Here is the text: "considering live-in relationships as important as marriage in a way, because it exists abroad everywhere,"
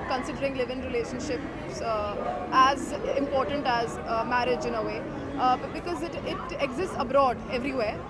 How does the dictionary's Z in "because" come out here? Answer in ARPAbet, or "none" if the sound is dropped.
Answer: Z